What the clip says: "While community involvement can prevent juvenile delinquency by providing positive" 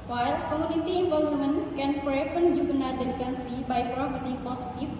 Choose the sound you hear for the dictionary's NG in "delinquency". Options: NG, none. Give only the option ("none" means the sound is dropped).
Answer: none